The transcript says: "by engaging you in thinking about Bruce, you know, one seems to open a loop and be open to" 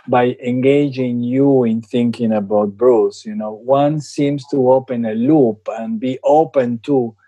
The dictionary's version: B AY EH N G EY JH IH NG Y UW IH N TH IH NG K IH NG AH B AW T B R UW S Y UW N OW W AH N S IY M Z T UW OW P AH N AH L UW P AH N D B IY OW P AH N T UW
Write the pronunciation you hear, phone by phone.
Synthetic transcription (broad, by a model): B AY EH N G EY JH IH NG Y UW IH N TH IH NG K IH NG AH B AW T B R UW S Y UW N OW W AH N S IY M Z T UW OW P AH N AH L UW P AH N B IY OW P AH N T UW